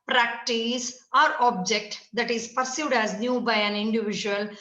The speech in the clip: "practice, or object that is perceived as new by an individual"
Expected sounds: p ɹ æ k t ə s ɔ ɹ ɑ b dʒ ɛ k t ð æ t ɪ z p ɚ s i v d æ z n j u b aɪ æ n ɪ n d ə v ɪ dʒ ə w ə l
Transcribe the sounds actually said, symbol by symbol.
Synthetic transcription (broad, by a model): p ɹ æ k t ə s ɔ ɹ ɑ b dʒ ɛ k t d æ t ɪ z p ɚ s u d æ z n j u b aɪ æ n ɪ n d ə v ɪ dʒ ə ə l